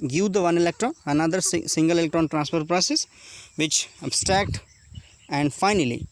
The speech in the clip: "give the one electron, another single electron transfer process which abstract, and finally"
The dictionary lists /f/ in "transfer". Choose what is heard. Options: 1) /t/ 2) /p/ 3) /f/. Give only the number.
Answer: 2